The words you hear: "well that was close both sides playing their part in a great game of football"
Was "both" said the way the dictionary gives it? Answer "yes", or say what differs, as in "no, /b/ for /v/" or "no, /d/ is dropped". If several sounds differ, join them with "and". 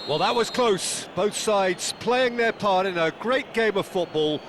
yes